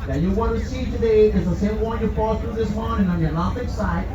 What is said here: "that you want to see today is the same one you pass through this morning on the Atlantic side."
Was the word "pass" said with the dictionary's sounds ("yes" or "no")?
no